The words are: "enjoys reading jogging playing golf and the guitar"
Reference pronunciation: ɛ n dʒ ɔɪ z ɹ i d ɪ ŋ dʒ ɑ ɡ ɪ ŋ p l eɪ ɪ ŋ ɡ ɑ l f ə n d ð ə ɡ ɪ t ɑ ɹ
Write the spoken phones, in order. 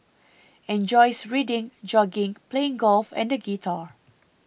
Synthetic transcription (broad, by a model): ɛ n dʒ ɔɪ s ɹ i d ɪ ŋ dʒ ɑ ɡ ɪ ŋ p l eɪ ɪ ŋ ɡ ɑ l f ə n d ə ɡ ɪ t ɑ ɹ